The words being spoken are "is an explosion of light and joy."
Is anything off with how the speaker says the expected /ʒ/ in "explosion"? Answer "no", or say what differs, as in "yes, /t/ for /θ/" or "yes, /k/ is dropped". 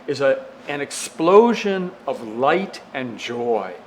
no